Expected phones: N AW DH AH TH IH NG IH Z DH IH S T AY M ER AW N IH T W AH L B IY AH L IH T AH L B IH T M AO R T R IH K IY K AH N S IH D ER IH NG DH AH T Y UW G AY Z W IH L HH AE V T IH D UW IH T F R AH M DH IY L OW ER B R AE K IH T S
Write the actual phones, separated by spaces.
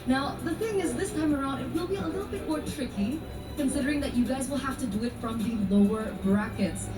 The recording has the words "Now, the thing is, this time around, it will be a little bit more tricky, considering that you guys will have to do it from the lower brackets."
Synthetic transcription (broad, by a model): N AW DH AH TH IH NG IH Z DH IH S T AY M ER AW N IH T W AH L B IY AH L IH T L B IH T M AO R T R IH K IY K AH N S IH D ER IH NG DH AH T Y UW G AY Z W IH L HH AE F T IH D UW IH T F R AH M DH IY L OW ER B R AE K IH T S